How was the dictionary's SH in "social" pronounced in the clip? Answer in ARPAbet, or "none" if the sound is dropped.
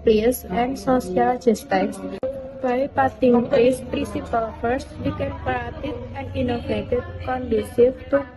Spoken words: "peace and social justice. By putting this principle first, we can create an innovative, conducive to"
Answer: S